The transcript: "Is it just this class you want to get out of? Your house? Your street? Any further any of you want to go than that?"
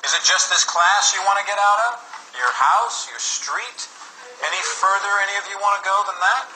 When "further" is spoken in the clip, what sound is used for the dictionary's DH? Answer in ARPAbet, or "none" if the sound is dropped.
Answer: DH